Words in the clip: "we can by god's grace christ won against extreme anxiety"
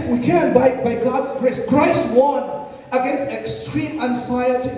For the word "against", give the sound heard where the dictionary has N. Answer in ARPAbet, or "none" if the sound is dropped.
N